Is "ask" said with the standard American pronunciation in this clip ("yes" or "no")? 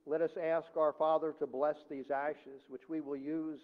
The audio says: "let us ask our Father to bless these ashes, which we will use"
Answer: yes